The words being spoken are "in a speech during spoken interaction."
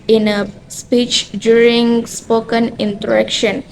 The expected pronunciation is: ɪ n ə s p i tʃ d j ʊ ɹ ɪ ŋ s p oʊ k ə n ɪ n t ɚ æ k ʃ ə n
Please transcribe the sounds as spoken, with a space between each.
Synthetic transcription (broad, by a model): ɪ n ə s p i tʃ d j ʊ ɹ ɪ ŋ s p oʊ k ə n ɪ n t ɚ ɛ k ʃ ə n